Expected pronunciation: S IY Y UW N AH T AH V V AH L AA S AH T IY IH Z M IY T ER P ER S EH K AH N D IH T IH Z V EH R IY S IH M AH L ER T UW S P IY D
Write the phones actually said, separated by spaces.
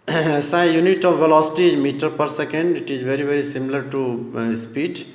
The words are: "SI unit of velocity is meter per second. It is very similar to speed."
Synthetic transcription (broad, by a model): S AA Y UW N AH T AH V V AH L AA S AH T IY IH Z M IY T ER P ER S EH K AH N D IH T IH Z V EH R IY S IH M AH L ER T UW S P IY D